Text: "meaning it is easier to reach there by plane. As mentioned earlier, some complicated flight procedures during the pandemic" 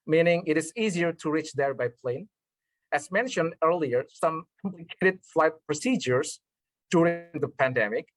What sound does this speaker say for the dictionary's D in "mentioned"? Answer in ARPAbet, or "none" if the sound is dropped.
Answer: D